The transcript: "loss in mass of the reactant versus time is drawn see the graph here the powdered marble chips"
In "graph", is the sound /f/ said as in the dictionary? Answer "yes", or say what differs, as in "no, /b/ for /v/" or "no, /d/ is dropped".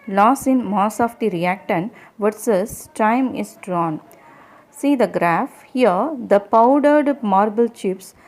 yes